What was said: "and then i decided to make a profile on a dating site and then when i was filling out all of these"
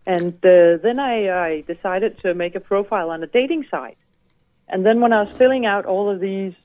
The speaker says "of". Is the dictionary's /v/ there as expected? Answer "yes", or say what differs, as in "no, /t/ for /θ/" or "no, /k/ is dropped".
yes